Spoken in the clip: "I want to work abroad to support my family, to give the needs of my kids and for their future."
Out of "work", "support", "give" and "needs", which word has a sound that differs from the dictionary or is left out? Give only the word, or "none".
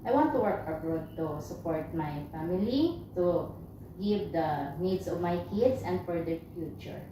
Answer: needs